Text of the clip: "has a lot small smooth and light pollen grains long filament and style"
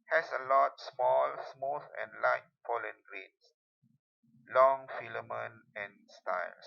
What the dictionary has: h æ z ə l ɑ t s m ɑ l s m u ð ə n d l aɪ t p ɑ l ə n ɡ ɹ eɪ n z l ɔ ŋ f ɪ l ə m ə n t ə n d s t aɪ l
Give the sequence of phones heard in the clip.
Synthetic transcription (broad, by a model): h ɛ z ə l ɑ t s m ɑ l s m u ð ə n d l aɪ t f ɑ l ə n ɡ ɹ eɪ n s l ɔ ŋ f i l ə m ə n ə n s t aɪ l